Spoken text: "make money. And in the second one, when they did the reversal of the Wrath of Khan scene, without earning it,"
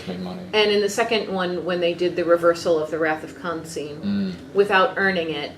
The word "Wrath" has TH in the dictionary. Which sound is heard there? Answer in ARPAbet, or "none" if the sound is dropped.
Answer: TH